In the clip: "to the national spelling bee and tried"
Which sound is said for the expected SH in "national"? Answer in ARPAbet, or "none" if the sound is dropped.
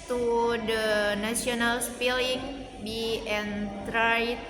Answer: S